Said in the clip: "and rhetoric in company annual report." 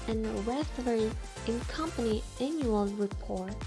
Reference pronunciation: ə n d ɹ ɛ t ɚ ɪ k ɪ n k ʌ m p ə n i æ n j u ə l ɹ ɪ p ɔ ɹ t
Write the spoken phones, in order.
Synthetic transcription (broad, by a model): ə n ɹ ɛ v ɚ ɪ ɪ n k ʌ m p ə n i æ n j u ə l ɹ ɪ p ɔ ɹ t